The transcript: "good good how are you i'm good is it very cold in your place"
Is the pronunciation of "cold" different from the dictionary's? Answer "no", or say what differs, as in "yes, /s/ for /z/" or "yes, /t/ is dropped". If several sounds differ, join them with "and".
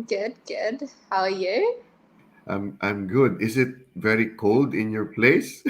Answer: no